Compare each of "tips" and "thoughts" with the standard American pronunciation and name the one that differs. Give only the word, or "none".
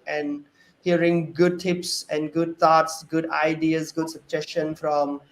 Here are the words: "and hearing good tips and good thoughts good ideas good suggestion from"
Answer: thoughts